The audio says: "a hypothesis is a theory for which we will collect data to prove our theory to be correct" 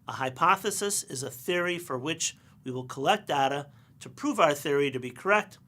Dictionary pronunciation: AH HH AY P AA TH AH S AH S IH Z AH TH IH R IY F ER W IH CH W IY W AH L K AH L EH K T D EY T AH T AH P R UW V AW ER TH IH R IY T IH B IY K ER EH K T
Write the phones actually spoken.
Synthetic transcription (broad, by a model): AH HH AY P AA TH AH S AH S IH Z AH TH IH R IY F ER W IH CH W IY W AH L K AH L EH K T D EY T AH T AH P R UW V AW ER TH IH R IY T IH B IY K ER EH K T